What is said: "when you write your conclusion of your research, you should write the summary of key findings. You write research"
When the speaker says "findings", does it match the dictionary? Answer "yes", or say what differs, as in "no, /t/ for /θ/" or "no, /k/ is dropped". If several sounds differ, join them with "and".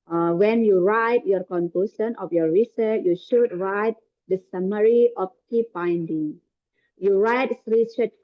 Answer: no, /z/ is dropped